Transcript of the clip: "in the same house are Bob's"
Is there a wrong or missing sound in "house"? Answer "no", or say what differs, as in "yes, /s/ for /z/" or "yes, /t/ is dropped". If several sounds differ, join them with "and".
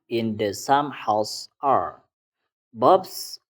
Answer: no